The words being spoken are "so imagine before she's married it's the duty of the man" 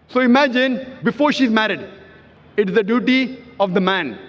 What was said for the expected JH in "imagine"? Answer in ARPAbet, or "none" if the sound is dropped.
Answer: JH